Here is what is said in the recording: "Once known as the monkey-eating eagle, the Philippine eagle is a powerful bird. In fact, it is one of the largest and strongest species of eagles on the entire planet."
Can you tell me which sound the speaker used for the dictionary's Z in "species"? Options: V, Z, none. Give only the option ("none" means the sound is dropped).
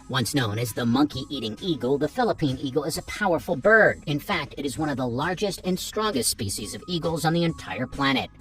Z